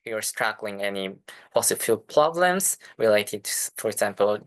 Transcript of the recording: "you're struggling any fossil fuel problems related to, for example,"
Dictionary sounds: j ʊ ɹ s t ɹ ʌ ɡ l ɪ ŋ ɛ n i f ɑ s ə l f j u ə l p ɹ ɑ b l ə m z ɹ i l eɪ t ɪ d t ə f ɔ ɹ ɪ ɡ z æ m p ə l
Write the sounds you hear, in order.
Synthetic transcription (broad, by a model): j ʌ ɹ s t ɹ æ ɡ l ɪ ŋ ɛ n i p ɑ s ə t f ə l p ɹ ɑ b l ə m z ɹ i l eɪ t ɪ d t f ɔ ɹ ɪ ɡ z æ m p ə l